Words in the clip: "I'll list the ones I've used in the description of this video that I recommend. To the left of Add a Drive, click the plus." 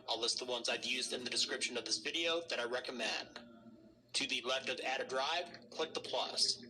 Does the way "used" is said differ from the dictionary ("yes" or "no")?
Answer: no